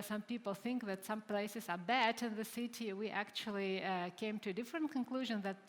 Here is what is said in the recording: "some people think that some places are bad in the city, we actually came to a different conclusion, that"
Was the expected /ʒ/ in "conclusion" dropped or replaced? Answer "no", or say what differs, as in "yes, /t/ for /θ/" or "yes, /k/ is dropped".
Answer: no